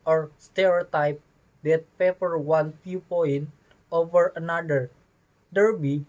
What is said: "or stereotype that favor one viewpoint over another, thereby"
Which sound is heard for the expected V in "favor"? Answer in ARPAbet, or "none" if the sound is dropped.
P